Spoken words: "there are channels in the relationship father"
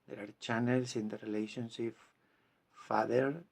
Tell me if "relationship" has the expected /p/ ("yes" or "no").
no